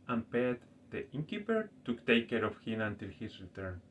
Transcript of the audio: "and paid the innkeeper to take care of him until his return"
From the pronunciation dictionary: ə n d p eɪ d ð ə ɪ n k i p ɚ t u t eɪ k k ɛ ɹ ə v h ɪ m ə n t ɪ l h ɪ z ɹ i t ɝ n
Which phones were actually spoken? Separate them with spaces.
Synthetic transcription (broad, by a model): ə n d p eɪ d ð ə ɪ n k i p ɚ t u t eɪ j k ɛ ɹ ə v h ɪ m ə n t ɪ l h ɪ s ɹ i t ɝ n